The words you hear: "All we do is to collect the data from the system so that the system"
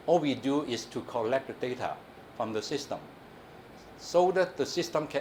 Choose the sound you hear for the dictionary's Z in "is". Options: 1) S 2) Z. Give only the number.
1